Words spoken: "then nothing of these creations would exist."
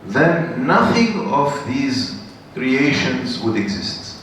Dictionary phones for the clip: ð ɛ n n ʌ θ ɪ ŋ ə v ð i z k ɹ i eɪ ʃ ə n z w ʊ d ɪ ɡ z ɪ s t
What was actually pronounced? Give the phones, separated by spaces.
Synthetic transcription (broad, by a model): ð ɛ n n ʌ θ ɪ ŋ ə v ð i z k ɹ i eɪ ʃ ə n z w ʊ d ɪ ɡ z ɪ s t